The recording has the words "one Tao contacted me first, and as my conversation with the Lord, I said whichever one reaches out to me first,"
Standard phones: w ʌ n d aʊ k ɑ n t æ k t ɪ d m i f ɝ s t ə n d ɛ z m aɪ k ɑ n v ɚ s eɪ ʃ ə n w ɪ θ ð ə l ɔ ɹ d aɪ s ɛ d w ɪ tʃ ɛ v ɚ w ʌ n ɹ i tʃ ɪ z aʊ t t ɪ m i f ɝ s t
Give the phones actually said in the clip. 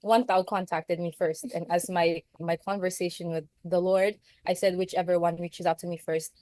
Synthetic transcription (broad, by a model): w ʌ n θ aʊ k ɑ n t æ k t ɪ d m i f ɝ s t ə n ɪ z m aɪ k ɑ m v ɚ s eɪ ʃ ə n w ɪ ð ə l ɔ ɹ d aɪ s ɛ d w ɪ tʃ ɛ v ɚ w ʌ n ɹ i tʃ ɪ z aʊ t t ɪ m i f ɝ s t